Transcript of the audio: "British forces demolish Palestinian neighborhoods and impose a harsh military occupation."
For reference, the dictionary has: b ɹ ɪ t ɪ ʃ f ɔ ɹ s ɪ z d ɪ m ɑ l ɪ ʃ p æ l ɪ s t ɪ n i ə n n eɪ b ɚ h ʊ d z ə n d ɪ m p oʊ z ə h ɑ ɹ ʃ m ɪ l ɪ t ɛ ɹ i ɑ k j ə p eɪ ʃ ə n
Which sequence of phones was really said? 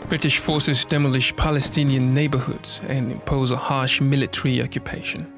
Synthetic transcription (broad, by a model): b ɹ ɪ t ɪ ʃ f ɔ ɹ s ɪ z d ɪ m ɑ l ɪ ʃ p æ l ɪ s t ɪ n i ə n n eɪ b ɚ h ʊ d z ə n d ɪ m p oʊ z ə h ɑ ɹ ʃ m ɪ l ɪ t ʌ ɹ i ɑ k j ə p eɪ ʃ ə n